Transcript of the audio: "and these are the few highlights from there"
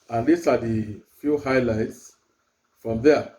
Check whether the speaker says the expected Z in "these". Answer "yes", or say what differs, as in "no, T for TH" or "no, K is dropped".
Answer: no, S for Z